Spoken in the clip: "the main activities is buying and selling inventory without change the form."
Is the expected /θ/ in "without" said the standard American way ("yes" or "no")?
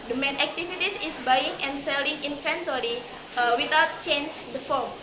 no